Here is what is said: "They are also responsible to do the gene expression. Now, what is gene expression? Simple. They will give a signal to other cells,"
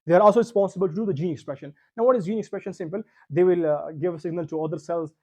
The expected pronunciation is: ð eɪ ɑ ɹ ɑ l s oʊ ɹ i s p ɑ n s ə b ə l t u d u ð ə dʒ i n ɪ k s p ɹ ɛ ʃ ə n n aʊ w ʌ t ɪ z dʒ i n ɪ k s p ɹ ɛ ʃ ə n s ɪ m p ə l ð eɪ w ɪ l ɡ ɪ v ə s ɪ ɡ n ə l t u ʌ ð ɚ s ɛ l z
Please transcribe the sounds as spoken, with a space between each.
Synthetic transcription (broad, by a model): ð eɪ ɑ ɹ ɑ l s oʊ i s p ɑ s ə b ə l t u d u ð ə dʒ i n ɪ k s p ɹ ɛ ʃ ə n n aʊ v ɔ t ɪ z dʒ i n ɪ k s p ɹ ɛ ʃ ə n s ɪ m p ə l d eɪ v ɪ l ɡ ɪ v ə s ɪ ɡ n ə l t u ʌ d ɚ s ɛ l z